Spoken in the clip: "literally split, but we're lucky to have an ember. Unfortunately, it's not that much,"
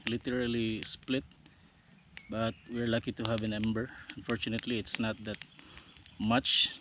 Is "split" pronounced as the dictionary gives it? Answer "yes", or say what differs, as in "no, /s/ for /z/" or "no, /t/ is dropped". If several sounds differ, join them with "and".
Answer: yes